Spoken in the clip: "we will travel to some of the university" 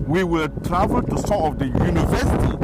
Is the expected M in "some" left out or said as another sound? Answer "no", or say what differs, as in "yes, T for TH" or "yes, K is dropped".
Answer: yes, M is dropped